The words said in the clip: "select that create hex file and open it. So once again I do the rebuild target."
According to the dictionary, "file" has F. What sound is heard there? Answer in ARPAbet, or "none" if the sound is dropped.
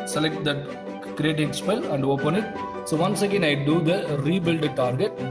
P